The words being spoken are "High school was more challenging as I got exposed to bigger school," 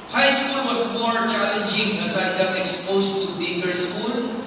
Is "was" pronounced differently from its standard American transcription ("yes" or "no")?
yes